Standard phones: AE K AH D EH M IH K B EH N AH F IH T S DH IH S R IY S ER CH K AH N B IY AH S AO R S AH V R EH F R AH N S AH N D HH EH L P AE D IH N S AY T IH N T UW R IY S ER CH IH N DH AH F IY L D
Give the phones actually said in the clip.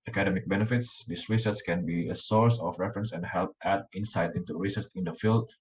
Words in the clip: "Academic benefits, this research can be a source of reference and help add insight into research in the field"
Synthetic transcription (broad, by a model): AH K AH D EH M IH K B EH N AH F IH T S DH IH S R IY S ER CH K AH N B IY AH S AO R S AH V R EH F R AH N S AH N D HH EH L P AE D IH N S AY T IH N T UW R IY S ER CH IH N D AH F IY L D